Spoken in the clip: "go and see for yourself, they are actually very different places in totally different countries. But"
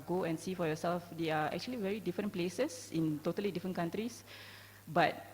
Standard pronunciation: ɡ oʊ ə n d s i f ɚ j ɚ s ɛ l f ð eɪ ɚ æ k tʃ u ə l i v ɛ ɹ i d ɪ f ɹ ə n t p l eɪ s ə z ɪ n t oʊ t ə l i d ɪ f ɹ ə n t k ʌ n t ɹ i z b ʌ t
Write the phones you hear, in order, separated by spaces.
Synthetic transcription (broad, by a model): ɡ oʊ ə n s i f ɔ j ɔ s ɛ l f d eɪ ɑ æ k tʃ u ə l i v ɛ ɹ i d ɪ f ɹ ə n p l eɪ s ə s ɪ n t oʊ t ə l i d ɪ f ɹ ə n k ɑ n t ɹ i s b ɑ t